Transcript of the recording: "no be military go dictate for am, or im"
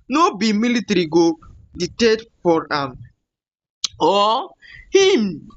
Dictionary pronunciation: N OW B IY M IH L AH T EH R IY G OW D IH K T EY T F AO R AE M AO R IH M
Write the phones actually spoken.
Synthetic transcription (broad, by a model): N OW B IY M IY L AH T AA R IY G OW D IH T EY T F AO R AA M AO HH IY M